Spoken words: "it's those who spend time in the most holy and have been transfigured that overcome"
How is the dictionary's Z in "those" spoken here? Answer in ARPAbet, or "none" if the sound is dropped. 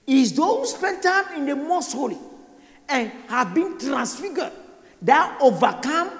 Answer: none